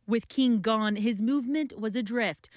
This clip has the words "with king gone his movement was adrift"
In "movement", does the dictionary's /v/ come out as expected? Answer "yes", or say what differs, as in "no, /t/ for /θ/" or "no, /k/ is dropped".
yes